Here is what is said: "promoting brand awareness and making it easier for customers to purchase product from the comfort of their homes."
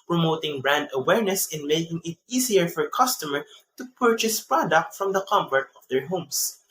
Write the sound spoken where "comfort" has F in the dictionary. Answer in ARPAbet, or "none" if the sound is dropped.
P